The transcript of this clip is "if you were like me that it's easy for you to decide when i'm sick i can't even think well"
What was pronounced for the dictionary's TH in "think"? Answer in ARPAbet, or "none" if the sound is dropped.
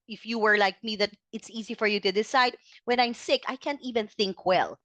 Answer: TH